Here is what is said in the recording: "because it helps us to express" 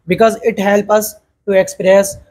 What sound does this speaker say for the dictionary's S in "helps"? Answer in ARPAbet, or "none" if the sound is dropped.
none